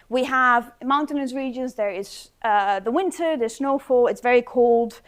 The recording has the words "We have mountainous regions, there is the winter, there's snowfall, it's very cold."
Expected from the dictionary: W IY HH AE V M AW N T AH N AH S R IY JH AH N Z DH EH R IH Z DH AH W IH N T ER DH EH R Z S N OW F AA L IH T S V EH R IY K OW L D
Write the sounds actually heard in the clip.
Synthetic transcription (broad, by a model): W IY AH V M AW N T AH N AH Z R IY JH AH N Z DH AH R IH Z DH AH W IH N T ER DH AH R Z S N OW F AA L IH T S V EH R IY K OW L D